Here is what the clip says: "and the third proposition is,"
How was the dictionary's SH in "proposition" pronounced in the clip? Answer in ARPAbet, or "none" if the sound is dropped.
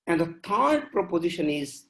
SH